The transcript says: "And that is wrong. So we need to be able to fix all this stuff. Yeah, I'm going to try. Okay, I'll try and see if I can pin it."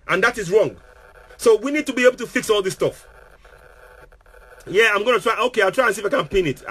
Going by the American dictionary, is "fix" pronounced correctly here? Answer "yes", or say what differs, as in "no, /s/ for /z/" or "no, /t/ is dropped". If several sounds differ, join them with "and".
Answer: yes